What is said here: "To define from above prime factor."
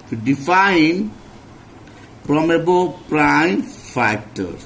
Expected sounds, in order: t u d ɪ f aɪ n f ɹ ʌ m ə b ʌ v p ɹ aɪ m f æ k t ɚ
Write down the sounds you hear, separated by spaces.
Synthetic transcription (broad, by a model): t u d ɪ f aɪ n p ɹ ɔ m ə b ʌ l p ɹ aɪ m f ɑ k t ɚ